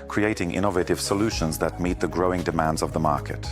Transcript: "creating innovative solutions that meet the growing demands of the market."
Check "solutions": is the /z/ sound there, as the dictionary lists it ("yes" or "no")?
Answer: yes